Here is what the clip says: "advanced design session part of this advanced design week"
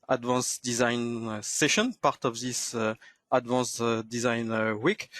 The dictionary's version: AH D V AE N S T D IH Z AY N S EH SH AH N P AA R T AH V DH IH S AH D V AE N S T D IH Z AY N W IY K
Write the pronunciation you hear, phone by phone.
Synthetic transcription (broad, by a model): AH D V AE N S D IH Z AY N S EH SH AH N P AA R T AH V DH IH S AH D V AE N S D IH Z AY N W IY K